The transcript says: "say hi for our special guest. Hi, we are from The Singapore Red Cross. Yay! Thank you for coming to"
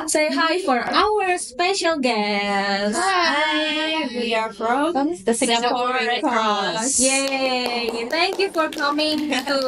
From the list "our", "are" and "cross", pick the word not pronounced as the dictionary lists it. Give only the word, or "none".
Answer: cross